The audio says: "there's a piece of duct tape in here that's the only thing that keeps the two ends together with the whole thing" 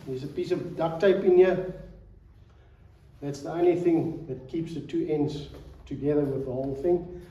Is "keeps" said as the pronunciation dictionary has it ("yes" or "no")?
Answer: yes